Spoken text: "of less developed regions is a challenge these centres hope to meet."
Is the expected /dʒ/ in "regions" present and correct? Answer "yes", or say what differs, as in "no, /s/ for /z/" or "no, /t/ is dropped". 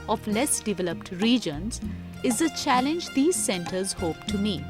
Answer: yes